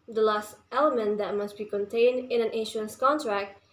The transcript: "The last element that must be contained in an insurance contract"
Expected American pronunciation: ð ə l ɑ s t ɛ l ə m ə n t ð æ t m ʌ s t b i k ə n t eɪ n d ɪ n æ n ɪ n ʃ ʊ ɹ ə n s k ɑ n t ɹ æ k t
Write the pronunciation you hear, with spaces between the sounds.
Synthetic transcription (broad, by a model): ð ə l ɑ s t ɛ l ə m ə n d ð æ t m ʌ s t b i k ə n t eɪ n d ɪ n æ n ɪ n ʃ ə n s k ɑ n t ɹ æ k t